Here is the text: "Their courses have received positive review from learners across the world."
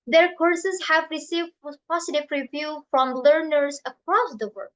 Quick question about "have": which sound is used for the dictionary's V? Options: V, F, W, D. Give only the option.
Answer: V